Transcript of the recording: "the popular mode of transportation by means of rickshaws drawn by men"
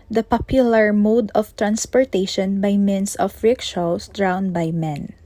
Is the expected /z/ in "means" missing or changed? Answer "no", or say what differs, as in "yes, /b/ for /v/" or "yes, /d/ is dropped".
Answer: yes, /s/ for /z/